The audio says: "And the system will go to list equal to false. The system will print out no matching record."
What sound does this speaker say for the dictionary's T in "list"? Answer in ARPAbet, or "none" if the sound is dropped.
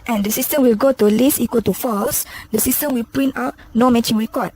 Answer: none